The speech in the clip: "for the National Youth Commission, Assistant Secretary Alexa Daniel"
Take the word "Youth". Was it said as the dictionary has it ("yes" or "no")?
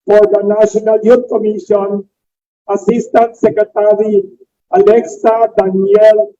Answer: no